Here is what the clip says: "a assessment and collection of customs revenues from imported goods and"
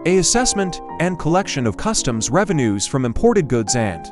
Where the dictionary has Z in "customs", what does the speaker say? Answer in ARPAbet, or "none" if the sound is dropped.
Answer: Z